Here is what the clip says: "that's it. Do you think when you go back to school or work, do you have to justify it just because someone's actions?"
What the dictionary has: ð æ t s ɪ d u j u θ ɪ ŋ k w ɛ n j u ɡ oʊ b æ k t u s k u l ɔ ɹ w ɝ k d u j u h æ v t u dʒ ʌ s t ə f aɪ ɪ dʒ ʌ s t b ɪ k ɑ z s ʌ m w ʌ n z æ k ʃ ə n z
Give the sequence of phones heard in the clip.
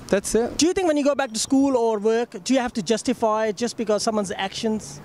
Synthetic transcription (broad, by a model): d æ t s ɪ d u j u t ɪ ŋ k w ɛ n j u ɡ oʊ b æ k t u s k u l ɔ ɹ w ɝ k d u j u h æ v t u dʒ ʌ s t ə f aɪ ɪ dʒ ʌ s t b ɪ k ɑ z s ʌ m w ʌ n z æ k ʃ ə n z